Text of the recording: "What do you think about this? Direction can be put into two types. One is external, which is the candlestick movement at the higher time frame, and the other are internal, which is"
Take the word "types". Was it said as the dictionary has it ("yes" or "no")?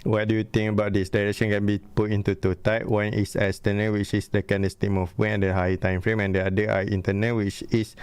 no